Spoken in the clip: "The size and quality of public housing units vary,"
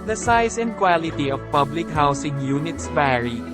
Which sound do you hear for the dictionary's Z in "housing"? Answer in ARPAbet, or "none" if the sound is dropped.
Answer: S